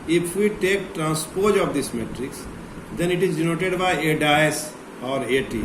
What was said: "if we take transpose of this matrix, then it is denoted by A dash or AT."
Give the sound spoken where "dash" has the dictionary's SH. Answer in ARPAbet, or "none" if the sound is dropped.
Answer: S